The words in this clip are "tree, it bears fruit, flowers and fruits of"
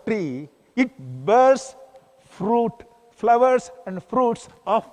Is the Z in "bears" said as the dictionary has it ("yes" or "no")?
no